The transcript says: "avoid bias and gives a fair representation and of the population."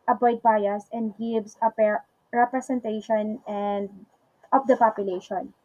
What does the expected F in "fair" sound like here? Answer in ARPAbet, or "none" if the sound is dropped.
P